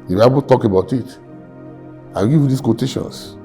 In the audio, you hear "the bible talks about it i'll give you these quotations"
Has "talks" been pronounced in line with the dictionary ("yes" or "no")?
no